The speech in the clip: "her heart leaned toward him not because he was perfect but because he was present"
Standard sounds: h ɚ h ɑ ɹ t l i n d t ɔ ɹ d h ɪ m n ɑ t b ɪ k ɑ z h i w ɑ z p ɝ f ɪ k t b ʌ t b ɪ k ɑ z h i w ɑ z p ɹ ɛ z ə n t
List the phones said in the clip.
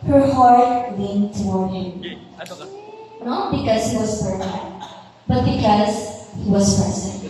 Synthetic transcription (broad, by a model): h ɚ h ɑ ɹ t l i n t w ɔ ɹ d h ɪ m n ɑ t b ɪ k ɑ z h i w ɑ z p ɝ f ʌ t b ʌ t b ɪ k ɑ z h i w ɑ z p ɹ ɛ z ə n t